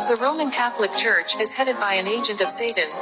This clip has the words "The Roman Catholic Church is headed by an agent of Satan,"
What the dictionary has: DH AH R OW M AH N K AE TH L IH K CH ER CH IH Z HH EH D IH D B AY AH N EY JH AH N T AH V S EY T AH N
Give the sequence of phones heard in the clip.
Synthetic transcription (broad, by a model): DH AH R OW M AH N K AE TH L IH K CH ER CH IH Z HH EH D IH D B AY AH N EY JH AH N T AH V S EY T N